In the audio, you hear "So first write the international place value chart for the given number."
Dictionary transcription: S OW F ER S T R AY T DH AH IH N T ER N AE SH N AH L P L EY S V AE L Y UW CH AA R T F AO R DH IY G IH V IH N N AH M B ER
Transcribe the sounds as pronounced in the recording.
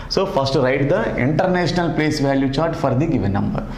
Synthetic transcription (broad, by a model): S OW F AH S T R AY T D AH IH N T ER N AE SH N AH L P L EY S V AE L Y UW CH AA R T F AO R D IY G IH V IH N N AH M B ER